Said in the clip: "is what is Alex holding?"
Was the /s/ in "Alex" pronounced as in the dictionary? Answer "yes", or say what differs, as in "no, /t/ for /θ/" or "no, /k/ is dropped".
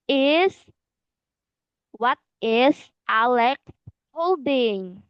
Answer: no, /s/ is dropped